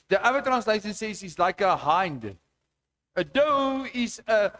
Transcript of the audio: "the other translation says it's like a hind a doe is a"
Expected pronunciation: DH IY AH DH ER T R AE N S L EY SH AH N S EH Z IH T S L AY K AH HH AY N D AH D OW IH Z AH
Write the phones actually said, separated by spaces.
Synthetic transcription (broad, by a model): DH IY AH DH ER T R AE N S L EY SH AH N S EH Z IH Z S L AY K AH HH AY N D AH D OW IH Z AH